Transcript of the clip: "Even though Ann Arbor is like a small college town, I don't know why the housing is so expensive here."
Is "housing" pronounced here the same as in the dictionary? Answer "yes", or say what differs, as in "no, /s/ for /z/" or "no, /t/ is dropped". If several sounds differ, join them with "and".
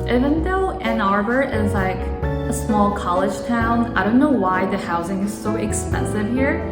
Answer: yes